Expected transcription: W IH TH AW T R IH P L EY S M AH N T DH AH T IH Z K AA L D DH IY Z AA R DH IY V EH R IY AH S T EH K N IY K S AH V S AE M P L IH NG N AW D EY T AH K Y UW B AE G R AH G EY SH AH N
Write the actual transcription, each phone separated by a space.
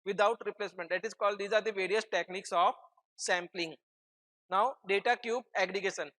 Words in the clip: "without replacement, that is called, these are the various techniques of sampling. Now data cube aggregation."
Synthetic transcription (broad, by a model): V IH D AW T R IH P L EY S M AH N T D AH T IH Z K AA L D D IY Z AA R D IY V EH R IY AH S T EH K N IY K S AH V S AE M P L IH NG N AW D EY T AH K Y UW B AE G R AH G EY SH AH N